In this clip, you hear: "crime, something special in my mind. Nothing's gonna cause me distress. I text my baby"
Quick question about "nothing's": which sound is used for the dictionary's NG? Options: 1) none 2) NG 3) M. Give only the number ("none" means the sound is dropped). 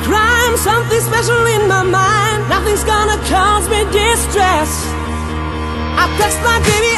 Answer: 2